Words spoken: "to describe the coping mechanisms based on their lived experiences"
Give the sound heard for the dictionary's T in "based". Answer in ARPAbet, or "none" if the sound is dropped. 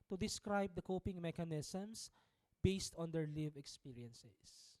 T